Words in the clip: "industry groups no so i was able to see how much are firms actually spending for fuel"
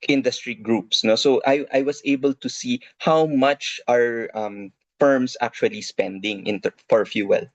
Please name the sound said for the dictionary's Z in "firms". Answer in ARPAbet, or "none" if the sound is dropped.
S